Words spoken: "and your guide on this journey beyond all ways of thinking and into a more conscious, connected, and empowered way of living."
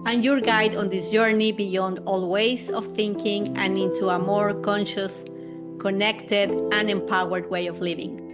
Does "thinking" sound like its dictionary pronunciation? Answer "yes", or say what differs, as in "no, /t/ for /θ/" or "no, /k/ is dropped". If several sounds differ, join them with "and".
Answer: yes